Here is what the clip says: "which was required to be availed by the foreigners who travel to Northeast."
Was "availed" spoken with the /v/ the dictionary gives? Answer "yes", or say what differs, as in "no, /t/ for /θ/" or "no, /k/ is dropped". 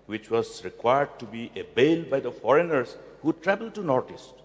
no, /b/ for /v/